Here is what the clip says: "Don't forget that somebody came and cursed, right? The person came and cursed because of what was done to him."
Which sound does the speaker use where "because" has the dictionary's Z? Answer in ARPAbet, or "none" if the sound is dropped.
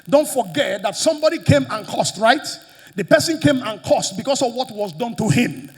S